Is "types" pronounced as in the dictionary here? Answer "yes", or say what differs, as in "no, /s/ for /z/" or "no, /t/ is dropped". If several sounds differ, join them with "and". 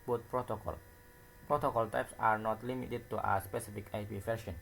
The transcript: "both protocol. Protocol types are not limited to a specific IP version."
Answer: yes